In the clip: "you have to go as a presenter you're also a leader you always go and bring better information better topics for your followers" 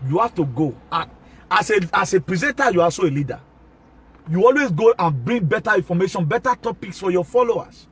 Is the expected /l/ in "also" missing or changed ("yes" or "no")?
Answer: yes